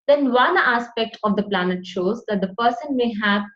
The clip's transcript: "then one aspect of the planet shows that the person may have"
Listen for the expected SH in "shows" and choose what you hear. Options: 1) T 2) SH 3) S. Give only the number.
2